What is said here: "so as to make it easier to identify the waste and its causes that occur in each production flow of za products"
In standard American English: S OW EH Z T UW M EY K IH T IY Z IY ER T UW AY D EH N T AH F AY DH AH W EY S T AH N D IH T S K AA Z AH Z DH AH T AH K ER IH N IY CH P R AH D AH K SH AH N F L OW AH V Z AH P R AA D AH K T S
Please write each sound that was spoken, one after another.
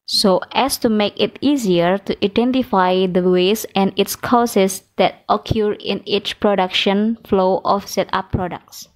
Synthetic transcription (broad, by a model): S OW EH S T UW M EY K IH T IY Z IY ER T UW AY D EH N T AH F AY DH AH W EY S AH N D IH T S K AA S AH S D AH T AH K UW IH N IY CH P R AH D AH K SH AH N F L OW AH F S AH P R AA D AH K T S